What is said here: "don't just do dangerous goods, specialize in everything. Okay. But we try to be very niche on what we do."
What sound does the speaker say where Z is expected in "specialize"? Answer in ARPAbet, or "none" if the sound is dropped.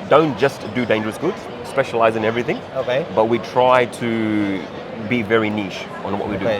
Z